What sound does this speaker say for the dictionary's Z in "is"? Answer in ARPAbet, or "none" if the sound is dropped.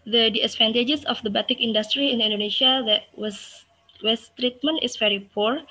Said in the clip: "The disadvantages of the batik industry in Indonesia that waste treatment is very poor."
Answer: S